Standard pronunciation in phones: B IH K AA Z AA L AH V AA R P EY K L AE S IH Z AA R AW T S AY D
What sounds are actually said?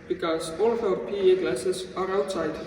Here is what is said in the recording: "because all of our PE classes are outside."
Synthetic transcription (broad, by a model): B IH K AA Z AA L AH P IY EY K L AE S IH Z AA R AW T S AY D